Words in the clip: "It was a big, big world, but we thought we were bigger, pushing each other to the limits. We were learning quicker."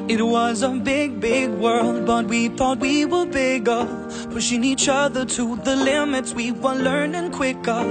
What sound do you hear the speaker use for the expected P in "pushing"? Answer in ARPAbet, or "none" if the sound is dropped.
F